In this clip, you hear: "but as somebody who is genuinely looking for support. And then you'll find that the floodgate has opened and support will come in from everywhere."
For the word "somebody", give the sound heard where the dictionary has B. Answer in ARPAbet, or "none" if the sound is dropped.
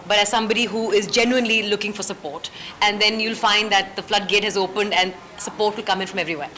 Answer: B